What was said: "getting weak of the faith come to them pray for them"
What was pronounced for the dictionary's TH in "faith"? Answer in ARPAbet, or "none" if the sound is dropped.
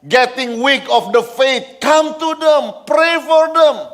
T